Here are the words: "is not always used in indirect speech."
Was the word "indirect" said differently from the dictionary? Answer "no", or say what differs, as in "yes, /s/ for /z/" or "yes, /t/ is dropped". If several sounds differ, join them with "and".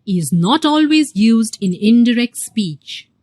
no